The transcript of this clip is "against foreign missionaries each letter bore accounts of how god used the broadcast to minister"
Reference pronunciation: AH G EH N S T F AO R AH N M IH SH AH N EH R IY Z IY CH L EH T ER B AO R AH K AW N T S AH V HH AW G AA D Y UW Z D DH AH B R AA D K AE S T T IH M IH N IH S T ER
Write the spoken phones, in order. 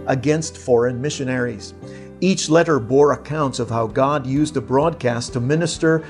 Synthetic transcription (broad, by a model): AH G EH N S T F AO R AH N M IH SH AH N EH R IY Z IY CH L EH T ER B AO R AH K AW N T S AH V HH AW G AA D Y UW Z D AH B R AA D K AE S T T IH M IH N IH S T ER